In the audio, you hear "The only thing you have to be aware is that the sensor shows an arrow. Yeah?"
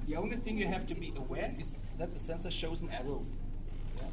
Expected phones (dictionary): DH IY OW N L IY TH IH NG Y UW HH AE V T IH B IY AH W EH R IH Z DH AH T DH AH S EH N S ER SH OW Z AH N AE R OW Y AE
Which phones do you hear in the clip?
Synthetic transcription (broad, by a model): DH IY OW N L IY TH IH NG Y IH HH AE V T IH B IY AH W EH R IH Z DH AH T DH AH S EH N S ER SH OW Z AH N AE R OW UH